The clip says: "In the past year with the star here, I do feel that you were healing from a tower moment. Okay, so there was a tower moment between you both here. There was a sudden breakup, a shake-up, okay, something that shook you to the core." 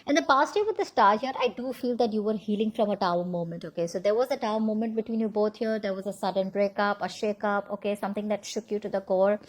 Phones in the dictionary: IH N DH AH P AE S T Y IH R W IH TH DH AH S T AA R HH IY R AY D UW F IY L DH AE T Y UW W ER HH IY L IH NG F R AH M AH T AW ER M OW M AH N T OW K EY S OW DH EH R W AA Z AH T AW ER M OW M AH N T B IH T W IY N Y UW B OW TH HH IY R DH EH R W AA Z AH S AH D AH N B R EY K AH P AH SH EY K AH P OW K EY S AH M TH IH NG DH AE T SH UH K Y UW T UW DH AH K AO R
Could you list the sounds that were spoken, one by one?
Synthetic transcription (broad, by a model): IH N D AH P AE S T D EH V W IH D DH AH S T AA R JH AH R AY D UW F IY L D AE T Y UW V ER HH IY L IH NG F R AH M AH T AW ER M OW M AH N T OW K EY S OW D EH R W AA Z AH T AW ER M OW M AH N T B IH T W IY N Y UW B OW T HH IY R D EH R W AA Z AH S AH D AH N B R EY K AH P AH SH EY K AH P OW K EY S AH M T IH NG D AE T SH UH K Y UW T UW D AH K AO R